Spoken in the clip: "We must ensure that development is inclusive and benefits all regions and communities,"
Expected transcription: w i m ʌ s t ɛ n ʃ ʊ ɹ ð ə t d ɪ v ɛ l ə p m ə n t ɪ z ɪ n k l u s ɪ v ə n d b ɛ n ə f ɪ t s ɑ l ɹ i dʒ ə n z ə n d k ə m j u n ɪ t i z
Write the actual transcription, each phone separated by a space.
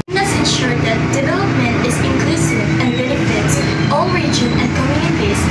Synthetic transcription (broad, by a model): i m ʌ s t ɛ n ʃ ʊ ɹ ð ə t d ɪ v ɛ l ə p m ə n t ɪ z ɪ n k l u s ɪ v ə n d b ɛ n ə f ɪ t ɑ l ɹ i dʒ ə n ə n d k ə m j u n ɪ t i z